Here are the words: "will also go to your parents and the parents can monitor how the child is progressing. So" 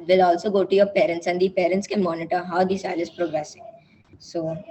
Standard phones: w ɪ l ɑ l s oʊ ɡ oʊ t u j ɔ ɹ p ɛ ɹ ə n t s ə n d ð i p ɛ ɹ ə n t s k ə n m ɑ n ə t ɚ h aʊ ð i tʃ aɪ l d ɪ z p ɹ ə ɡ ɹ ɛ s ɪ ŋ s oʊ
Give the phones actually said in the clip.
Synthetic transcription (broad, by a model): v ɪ l ɑ l s oʊ ɡ oʊ t u j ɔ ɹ p ɛ ɹ ə n t s ə n d i p ɛ ɹ ə n t s k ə m ɑ n ə t ɚ h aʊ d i s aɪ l ɪ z p ɹ ə ɡ ɹ ɛ s ɪ ŋ s oʊ